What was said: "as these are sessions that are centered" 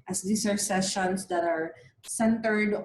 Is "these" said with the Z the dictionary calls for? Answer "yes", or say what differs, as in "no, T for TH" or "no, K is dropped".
no, S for Z